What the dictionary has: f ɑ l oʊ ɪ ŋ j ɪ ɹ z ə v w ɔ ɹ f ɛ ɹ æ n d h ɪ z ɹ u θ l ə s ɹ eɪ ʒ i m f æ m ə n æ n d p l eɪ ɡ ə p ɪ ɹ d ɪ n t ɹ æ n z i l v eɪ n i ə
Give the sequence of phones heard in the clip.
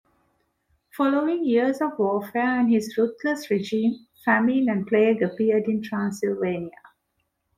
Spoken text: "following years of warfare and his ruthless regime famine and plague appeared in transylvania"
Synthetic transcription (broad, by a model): f ɑ l oʊ ɪ ŋ j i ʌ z ə v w ɔ f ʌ ɹ æ n d h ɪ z ɹ u t l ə s ɹ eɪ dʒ i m f æ m ə n æ n d p l eɪ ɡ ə p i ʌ d ɪ n t ɹ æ n s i l v eɪ n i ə